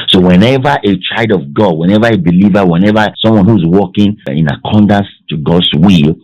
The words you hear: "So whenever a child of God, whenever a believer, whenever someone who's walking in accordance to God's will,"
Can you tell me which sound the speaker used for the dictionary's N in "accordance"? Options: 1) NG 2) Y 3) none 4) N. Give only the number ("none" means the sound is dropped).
3